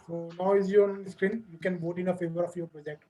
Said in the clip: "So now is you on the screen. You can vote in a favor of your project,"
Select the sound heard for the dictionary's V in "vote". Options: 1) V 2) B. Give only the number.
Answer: 2